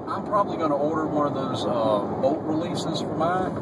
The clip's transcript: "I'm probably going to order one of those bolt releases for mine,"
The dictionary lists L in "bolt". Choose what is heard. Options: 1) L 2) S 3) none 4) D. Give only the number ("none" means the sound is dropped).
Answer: 3